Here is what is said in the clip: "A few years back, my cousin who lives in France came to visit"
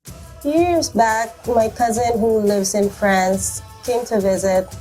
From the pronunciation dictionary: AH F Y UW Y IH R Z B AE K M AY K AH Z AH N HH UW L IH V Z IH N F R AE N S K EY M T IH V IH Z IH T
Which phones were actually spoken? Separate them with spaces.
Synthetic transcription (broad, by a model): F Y Y IH R Z B AE K M AY K AH Z AH N HH UW L IH V Z IH N F R AE N S K EY M T IH V IH Z IH T